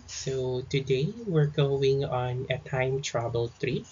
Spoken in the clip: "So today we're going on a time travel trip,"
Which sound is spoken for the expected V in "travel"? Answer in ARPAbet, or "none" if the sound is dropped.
B